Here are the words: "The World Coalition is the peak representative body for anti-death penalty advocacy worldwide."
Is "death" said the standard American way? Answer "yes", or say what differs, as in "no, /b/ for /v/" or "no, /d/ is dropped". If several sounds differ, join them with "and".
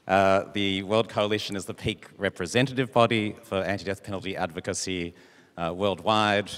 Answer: yes